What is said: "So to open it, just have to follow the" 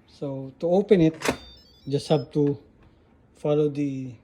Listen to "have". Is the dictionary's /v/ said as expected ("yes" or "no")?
no